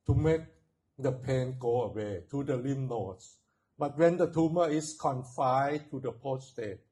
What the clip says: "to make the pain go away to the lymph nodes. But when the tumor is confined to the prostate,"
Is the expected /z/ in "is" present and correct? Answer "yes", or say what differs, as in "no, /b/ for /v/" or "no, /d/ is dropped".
no, /s/ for /z/